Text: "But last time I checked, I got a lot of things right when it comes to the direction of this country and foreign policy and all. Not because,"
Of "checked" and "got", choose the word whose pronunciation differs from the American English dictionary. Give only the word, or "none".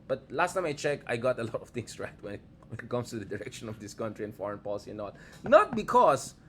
checked